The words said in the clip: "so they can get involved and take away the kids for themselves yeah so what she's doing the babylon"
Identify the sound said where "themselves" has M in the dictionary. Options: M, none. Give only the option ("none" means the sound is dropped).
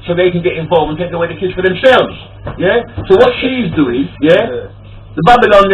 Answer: M